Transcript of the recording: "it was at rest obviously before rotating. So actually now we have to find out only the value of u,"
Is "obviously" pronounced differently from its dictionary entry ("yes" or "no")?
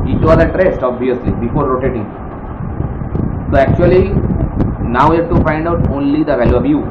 yes